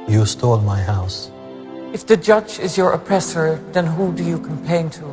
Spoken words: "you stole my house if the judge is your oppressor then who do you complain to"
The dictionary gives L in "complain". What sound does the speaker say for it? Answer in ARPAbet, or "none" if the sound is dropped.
none